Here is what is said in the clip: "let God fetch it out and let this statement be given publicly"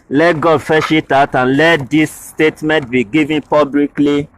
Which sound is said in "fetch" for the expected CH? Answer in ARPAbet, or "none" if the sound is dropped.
SH